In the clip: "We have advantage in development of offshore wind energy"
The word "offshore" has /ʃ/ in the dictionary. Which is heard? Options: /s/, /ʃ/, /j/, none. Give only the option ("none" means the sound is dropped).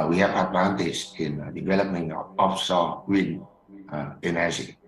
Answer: /s/